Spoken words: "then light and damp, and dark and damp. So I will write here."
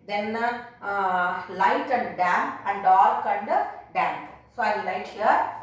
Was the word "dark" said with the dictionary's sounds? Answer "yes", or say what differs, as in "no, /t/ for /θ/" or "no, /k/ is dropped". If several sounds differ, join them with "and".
no, /l/ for /ɹ/